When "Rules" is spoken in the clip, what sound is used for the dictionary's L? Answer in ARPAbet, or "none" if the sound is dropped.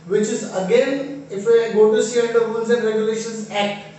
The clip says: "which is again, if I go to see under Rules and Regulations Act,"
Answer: N